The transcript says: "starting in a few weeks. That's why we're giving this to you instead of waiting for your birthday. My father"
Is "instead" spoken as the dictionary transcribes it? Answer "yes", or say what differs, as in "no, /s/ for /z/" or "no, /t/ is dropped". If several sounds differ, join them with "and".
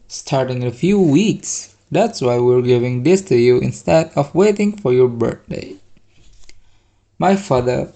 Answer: yes